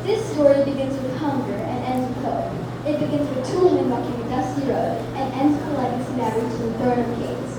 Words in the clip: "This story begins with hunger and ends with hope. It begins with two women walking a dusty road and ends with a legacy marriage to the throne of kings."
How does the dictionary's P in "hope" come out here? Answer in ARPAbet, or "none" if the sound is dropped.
none